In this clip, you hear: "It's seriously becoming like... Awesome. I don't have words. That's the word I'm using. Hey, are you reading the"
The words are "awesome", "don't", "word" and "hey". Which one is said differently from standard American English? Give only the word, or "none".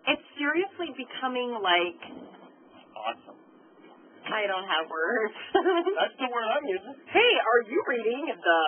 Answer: word